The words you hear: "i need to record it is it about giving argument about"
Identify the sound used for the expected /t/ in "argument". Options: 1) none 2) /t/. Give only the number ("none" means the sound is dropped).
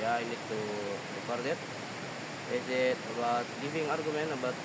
1